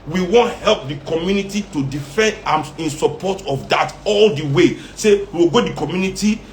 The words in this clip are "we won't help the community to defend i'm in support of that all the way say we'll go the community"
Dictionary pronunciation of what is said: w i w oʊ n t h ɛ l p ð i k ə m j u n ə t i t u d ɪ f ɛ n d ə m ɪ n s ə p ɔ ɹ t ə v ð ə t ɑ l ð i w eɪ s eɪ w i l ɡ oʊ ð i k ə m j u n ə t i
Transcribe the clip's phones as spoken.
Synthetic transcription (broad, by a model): w i w oʊ n t h ɛ l p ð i k ə m j u n ə t i t u d ɪ f ɛ n d ə m ɪ n s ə p ɔ t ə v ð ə t ɑ l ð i w eɪ s eɪ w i w ɡ oʊ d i k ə m j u n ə t i